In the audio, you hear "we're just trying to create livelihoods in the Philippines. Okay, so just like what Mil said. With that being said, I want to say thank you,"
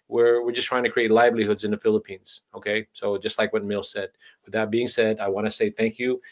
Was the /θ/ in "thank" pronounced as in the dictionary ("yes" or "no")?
yes